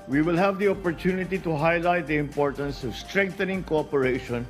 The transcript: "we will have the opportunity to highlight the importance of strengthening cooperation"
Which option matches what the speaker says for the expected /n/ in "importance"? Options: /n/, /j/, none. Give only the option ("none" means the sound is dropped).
/n/